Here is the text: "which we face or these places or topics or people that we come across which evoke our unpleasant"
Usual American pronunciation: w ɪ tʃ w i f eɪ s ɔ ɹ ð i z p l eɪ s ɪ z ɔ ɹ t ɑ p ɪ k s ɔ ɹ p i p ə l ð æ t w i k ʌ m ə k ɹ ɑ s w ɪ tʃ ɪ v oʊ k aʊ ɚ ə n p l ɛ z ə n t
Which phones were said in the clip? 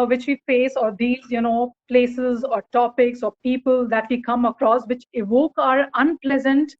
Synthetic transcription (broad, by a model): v ɪ tʃ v i f eɪ s ɔ ɹ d i z p l eɪ s ɪ z ɔ ɹ t ɑ p ɪ k s ɔ ɹ p i p ə l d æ t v i k ʌ m ə k ɹ ɑ s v ɪ tʃ ɪ v oʊ k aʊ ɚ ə n p l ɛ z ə n t